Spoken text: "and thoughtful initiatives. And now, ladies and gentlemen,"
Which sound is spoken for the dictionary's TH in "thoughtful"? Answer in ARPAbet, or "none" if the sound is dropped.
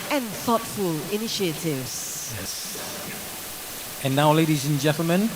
TH